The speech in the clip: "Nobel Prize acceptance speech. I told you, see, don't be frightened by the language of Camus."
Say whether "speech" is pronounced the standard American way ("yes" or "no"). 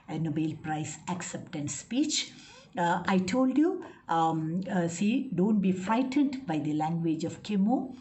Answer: yes